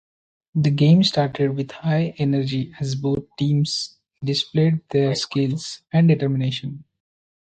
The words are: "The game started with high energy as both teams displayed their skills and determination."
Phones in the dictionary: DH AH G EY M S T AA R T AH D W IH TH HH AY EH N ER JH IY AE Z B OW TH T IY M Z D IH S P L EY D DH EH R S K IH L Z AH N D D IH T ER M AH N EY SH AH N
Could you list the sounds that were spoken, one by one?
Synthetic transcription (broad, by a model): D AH G EY M S T AA R T AH D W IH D HH AY EH N ER JH IY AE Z B OW T T IY M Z D IH S P L EY D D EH R S K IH L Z AH N D D IH T ER M AH N EY SH AH N